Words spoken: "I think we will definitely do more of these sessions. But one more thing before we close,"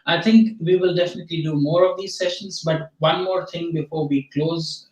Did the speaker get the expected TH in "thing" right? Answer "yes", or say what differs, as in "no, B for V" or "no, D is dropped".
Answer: no, T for TH